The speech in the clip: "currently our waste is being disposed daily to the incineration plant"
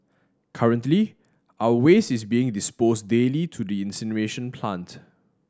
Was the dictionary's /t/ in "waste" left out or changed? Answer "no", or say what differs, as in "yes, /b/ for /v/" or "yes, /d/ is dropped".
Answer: yes, /t/ is dropped